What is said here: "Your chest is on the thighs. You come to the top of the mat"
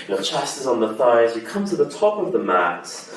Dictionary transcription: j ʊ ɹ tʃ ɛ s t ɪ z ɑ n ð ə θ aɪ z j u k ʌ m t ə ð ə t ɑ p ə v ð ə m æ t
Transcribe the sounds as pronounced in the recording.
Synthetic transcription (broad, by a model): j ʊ tʃ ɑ s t ɪ z n ð ə θ aɪ z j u k ʌ m t ə ð ə t ɑ p ə v ð ə m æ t